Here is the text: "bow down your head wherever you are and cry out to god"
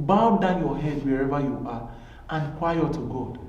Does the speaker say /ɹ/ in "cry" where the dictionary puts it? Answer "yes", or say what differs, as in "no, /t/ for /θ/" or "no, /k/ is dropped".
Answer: no, /w/ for /ɹ/